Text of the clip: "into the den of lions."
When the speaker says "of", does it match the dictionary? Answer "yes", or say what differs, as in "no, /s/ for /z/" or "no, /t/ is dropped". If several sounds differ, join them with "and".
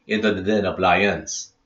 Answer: no, /p/ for /v/